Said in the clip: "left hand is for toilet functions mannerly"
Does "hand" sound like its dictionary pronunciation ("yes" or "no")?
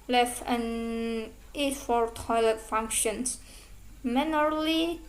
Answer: no